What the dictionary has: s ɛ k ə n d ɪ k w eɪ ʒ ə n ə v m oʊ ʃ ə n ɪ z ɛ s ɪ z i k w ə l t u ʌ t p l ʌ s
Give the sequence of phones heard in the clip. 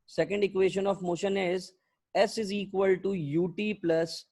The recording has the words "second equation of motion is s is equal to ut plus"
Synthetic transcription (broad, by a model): s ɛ k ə n d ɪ k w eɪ ʃ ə n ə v m oʊ ʃ ə n ɪ z ɛ s ɪ z i k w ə l t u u t p l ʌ s